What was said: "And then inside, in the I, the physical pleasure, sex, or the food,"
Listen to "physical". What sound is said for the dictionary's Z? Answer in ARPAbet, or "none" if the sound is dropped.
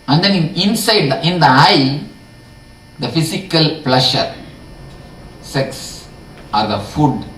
S